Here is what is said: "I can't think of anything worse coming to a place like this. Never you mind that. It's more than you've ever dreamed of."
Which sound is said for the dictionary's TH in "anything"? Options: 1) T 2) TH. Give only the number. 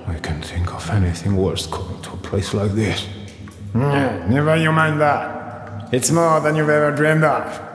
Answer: 2